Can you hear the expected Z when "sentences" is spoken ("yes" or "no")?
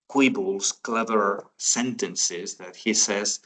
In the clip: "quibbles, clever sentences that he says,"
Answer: yes